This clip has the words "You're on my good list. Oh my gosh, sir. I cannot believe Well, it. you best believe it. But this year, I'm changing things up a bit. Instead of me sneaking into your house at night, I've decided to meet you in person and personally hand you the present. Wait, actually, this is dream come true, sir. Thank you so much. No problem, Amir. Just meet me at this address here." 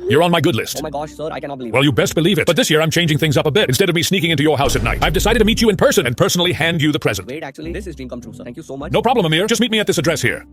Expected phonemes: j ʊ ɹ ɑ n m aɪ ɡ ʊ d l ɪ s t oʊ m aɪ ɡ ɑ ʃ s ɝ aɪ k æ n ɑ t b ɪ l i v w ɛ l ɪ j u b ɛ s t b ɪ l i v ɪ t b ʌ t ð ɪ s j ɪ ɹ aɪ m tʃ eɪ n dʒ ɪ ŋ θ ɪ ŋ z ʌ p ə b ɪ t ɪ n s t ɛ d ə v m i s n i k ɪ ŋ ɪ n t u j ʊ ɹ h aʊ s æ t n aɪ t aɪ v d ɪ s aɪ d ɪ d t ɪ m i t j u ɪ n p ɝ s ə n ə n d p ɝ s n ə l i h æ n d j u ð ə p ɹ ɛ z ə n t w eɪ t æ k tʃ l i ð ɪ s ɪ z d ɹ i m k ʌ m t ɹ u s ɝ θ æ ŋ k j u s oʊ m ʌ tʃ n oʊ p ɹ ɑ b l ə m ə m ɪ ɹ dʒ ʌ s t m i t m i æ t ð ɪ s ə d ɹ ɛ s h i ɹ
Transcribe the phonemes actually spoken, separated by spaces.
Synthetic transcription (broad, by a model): j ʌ ɹ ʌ n m aɪ ɡ ʊ d l ɪ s s t w ɛ l j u b ɛ s t b ɪ l i v ɪ t b ʌ t ð ɪ s j ɪ ɹ aɪ m tʃ eɪ n dʒ ɪ ŋ θ ɪ ŋ z ʌ p ə b ɪ t ɪ n s t ɛ d ə v m i s n i k ɪ ŋ ɪ n t u j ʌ ɹ h aʊ s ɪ t n aɪ t aɪ v d ɪ s aɪ d ɪ d t ɪ m i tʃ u ɪ n p ɝ s ə n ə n p ɝ s n l i h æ n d j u ð ə p ɹ ɛ z ə n t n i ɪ p ɹ ɑ b l ə m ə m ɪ ɹ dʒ ʌ s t m i t m i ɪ t ð ɪ s ə d ɹ ɛ s h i ɹ